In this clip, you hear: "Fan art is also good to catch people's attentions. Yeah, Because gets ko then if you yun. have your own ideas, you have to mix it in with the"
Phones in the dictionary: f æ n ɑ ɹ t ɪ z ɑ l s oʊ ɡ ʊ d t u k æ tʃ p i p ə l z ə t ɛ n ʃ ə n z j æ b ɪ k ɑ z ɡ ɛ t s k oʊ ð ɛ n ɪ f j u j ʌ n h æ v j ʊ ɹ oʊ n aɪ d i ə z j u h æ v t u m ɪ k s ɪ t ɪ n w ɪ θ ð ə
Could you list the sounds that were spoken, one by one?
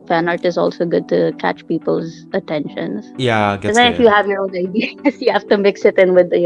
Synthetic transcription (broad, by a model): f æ n ɑ ɹ t ɪ z ɑ l s oʊ ɡ ʊ d t u k æ tʃ p i p ə l z ə t ɛ n ʃ ə n z j æ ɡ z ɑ ɪ f j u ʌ h æ v j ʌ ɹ oʊ n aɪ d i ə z j u h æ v t u m ɪ k s ɪ t ɪ n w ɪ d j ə